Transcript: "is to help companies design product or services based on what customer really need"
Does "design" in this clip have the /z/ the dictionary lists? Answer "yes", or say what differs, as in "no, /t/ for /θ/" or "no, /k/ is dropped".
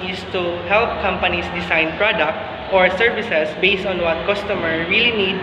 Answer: no, /s/ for /z/